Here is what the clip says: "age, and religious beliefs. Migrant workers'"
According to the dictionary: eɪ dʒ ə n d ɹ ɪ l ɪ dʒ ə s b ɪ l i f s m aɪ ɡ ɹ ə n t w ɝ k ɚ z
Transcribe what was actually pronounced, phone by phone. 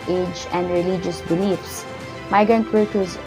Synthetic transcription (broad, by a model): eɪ dʒ ə n d ɹ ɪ l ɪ dʒ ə s b ɪ l i f s m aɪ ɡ ə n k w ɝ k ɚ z